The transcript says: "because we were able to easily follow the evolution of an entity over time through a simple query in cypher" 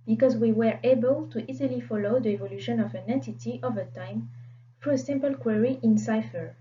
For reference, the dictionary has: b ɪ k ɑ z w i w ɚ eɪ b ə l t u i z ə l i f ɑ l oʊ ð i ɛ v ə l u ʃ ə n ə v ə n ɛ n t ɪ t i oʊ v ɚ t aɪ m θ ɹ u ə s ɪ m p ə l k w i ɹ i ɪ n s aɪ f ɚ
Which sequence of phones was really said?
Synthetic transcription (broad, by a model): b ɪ k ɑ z w i w ɚ eɪ b ə l t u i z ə l i f ɑ l oʊ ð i ɛ v ə l u ʃ ə n ə v ə n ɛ t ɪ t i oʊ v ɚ t aɪ m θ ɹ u ə s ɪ m p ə l k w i ɹ i ɪ n s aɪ f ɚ